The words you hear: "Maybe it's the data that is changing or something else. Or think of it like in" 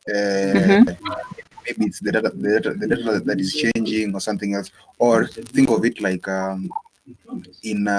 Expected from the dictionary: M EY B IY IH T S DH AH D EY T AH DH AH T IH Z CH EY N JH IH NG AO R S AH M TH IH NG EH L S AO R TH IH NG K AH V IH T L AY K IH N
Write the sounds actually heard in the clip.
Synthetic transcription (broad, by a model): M EY B IY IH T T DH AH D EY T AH DH AH T IH Z CH EY N JH IH NG AO R S AH M TH IH NG EH L S AO R TH IH NG K AH V IH T L AY K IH N